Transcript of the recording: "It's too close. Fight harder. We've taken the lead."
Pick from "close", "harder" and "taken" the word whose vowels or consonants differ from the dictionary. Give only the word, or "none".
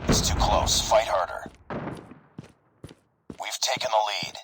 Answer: none